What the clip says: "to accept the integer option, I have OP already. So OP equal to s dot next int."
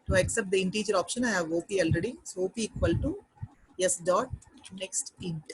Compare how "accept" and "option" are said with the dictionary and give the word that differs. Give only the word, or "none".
none